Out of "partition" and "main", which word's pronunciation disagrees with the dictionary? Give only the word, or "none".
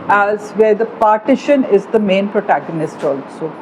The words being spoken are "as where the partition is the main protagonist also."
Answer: none